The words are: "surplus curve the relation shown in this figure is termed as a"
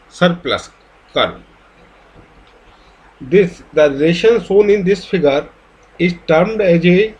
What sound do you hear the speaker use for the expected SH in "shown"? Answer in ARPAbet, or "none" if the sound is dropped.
S